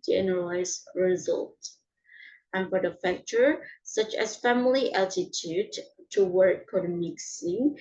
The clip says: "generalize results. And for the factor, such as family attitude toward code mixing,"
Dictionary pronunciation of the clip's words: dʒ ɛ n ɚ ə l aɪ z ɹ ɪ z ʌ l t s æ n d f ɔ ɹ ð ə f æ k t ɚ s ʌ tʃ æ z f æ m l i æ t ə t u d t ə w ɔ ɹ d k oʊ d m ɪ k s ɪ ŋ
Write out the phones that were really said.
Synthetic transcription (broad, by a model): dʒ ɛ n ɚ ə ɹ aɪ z ɹ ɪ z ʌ l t æ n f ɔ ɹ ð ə f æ k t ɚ s ʌ tʃ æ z f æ m l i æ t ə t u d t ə w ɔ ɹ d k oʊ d m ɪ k s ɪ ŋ